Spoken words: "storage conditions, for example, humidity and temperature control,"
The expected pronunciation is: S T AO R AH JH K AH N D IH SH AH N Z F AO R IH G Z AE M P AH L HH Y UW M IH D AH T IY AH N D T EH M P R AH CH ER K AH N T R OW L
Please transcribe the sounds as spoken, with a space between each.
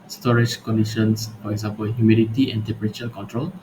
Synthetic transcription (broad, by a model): S T AO R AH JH K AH N D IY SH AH N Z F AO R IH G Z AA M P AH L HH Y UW M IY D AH T IY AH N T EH P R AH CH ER K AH N T R OW L